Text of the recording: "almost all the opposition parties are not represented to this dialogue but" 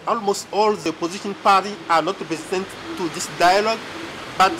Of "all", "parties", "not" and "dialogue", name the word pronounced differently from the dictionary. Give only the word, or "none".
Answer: parties